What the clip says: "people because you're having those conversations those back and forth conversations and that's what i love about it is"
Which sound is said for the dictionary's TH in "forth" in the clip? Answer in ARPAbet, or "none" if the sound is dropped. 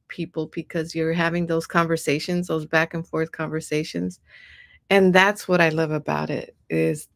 TH